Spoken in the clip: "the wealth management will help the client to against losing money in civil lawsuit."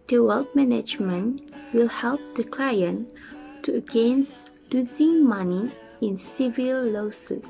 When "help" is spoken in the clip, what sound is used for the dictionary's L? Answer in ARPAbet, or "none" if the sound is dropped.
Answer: L